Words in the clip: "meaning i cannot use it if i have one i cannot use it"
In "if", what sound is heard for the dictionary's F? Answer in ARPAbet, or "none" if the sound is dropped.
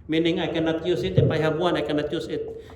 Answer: P